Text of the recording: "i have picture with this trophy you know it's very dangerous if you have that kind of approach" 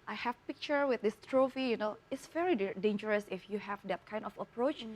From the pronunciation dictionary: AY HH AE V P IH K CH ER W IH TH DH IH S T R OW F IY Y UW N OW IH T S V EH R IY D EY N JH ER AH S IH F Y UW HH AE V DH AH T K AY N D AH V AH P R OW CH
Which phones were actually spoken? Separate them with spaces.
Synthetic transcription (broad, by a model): AY HH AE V P IH K CH ER W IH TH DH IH S T R OW F IY Y UW N OW IH T S V EH R IY D EY N JH ER AH S IH F Y UW HH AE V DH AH T K AY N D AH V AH P R OW CH